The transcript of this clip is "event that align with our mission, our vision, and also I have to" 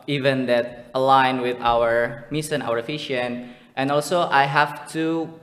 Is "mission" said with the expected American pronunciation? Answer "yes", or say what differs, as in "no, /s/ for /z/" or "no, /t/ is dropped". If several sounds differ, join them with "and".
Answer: no, /s/ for /ʃ/